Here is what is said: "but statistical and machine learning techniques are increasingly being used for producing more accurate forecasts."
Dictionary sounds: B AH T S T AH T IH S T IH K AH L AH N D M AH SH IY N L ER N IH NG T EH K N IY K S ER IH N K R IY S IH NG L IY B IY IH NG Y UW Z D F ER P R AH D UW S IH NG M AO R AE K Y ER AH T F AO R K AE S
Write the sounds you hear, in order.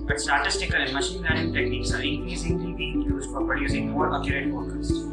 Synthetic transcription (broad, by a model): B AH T S T AH T IH S T IH K AH L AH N M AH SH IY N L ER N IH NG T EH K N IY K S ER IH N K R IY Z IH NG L IY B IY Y UW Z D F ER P AH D UW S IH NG M AO R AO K Y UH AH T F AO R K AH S